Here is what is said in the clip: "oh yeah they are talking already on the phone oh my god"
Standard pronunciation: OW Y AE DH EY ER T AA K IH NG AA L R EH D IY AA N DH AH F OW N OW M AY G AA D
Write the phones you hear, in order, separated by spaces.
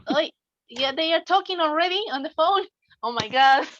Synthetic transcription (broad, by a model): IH Y AE DH EY ER T AA K IH NG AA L R EH D IY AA N DH AH F OW N OW M AY G AA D